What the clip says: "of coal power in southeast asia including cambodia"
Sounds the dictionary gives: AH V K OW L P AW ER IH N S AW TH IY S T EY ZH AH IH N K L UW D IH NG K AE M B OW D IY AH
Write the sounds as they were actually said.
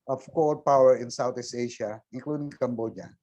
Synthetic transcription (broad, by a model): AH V K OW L P AW ER IH N S AW T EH S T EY SH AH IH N K L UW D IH NG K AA M B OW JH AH